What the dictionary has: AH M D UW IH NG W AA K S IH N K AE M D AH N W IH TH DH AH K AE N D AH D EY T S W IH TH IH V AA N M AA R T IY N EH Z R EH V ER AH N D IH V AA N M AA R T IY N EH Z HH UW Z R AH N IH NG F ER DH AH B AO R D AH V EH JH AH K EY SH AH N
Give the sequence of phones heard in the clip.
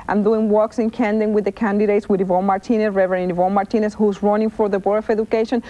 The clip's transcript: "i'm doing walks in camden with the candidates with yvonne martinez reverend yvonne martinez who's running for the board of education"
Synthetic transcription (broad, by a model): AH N D UW IH NG W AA K S IH N K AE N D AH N W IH DH AH K AE N D AH D EY T S W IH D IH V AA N M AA R T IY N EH S R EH V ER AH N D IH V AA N M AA R T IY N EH S HH UW Z R AH N IH NG F ER DH AH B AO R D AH F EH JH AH K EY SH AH N